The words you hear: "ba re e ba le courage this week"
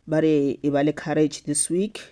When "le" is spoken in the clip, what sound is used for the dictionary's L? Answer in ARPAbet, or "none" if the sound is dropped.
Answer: L